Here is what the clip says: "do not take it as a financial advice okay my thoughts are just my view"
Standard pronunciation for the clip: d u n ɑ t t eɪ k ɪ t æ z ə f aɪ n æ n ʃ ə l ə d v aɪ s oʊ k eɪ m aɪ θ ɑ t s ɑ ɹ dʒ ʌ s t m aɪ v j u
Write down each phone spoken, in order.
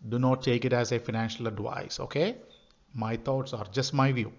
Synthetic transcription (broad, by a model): d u n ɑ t t eɪ k ɪ t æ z ə f aɪ n æ n ʃ ə l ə d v aɪ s oʊ k eɪ m aɪ t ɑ t s ɑ ɹ dʒ ʌ s t m aɪ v j u